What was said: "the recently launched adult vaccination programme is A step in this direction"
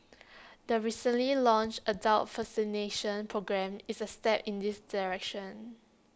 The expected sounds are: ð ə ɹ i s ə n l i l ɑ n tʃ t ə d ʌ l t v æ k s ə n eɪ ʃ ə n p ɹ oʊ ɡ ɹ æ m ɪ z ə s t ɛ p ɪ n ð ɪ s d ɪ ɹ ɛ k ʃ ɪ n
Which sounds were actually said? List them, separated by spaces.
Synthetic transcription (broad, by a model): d ə ɹ i s ə n l i l ɑ n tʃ ə d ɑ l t f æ s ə n eɪ ʃ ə n p ɹ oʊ ɡ ɹ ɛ m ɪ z ə s t ɛ p ɪ n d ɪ s d ɪ ɹ ɛ k ʃ ɪ n